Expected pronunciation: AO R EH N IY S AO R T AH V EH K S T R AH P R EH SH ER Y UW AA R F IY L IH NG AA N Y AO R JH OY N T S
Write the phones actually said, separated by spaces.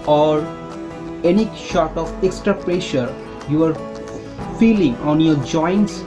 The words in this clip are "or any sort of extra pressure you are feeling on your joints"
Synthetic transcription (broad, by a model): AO R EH N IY SH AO R T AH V EH K S T R AH P R EH SH ER Y UW AA R F IY L IH NG AA N Y AO R JH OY N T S